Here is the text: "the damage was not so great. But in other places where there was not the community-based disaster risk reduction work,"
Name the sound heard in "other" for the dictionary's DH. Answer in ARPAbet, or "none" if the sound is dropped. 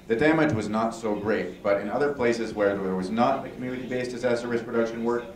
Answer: DH